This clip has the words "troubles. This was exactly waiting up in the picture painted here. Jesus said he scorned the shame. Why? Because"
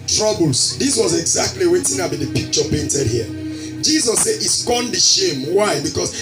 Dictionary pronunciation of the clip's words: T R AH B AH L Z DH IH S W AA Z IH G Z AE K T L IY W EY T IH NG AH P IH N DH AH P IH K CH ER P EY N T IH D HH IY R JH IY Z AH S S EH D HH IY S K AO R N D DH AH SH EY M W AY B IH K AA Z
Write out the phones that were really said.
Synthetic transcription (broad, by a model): T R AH B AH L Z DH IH S W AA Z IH G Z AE K T L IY W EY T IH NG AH B IH N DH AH P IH K CH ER P EY N T IH D HH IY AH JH IY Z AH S S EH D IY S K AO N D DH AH SH EY M W AY B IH K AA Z